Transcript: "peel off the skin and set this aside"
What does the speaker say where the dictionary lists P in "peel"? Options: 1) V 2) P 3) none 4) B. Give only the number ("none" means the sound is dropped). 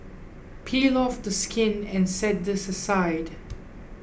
2